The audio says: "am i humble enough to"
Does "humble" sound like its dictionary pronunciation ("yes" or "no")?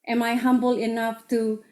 yes